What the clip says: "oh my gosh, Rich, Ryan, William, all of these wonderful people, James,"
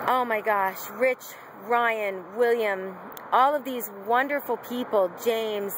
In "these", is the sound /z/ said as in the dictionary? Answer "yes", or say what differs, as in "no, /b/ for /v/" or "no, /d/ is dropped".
yes